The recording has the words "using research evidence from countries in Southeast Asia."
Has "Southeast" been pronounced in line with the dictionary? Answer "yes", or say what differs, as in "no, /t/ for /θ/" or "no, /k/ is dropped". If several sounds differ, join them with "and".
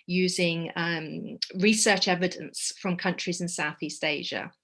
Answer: yes